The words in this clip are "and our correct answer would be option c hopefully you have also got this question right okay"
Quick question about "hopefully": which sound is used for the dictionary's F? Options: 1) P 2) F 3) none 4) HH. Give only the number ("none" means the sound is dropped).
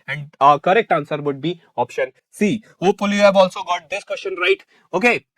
3